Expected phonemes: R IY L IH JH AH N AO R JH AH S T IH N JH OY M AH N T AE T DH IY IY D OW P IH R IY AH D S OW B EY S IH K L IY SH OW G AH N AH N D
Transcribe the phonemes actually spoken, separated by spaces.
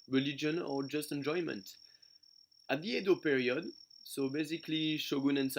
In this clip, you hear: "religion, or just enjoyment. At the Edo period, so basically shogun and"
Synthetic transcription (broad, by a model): R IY L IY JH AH N AO R JH AH S T IH N JH OY M AH N T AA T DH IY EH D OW P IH R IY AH D S OW B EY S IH K L IY SH OW G AH N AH N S